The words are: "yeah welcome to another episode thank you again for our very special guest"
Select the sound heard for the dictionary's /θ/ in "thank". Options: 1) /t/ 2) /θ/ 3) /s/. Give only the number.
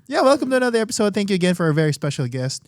2